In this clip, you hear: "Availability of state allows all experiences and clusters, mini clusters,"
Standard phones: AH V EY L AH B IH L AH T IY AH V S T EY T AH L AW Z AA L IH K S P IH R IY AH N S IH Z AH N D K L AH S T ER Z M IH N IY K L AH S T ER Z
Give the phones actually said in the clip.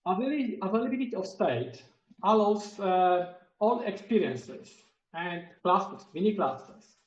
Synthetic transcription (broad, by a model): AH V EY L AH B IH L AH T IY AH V S T EY T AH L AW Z AA L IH K S P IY R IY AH N S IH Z AH N D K L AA S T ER S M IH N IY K L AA S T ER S